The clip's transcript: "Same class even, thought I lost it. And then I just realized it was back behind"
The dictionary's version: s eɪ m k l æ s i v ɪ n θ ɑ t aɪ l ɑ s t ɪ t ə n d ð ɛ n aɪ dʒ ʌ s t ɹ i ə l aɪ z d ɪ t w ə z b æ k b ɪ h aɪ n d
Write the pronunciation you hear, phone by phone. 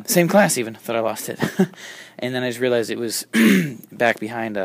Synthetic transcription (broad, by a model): s eɪ m k l æ s i v ɪ n θ ɑ t aɪ l ɑ s t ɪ t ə n ð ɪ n aɪ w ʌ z ɹ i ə l aɪ z d ɪ t w ə z b æ k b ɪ h aɪ n d